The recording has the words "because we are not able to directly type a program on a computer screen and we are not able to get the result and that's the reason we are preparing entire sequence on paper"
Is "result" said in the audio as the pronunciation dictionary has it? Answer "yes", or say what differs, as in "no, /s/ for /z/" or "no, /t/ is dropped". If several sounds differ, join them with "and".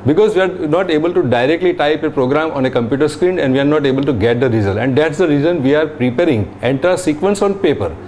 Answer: no, /t/ is dropped